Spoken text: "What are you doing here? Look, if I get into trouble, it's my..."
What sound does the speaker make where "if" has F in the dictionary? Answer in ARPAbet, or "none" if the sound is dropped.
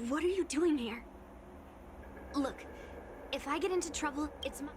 F